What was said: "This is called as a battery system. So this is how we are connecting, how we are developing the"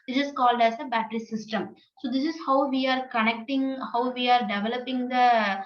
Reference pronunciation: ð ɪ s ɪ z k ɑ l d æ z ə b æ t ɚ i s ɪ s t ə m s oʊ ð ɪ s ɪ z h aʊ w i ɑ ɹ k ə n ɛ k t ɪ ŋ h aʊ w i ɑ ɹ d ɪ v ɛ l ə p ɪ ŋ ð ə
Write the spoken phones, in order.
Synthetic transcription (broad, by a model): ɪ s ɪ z k ɑ l d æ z ə b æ t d i s ɪ s t ə m s oʊ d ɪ s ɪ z h aʊ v i ɑ ɹ k ə n ɛ k t ɪ ŋ h aʊ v i ɑ ɹ d ɪ v ɛ l ə p ɪ ŋ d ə